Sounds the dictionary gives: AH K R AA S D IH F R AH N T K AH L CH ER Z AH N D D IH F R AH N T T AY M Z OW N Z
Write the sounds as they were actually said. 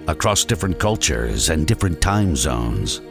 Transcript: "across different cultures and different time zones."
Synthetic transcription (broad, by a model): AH K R AA S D IH F R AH N K AH L CH ER Z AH N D D IH F R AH N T T AY M Z OW N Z